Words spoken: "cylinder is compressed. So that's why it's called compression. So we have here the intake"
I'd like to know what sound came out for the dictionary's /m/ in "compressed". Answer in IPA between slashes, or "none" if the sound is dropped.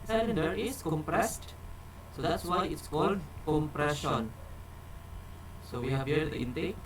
/m/